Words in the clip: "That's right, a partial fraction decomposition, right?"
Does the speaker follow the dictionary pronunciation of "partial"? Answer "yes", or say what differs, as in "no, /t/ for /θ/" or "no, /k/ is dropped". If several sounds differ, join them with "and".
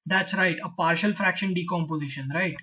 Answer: yes